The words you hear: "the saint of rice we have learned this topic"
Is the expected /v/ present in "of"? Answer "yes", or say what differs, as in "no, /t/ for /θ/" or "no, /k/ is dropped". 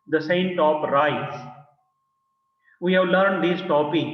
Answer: no, /p/ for /v/